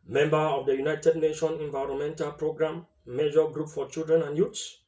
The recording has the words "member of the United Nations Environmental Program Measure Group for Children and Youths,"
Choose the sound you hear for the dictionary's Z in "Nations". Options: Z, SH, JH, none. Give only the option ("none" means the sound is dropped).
none